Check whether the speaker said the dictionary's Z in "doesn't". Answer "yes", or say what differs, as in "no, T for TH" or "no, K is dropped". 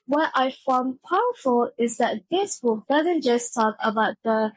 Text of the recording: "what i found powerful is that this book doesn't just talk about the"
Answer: yes